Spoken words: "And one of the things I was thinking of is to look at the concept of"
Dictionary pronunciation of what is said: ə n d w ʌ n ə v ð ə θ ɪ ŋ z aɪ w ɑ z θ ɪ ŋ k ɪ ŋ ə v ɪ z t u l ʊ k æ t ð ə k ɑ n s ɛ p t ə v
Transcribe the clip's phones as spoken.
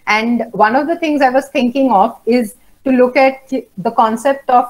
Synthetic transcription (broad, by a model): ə n d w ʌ n ə v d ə t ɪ ŋ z aɪ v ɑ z t ɪ ŋ k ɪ ŋ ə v ɪ z t u l ʊ k æ t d ə k ɑ n s ɛ p t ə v